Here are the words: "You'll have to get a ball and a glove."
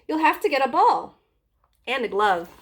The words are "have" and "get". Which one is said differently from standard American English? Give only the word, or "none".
have